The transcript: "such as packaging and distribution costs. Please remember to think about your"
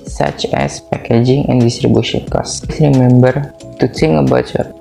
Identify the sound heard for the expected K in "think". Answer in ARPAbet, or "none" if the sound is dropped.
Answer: none